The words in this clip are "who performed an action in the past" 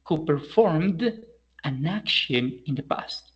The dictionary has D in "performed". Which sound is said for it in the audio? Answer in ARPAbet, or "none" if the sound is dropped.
D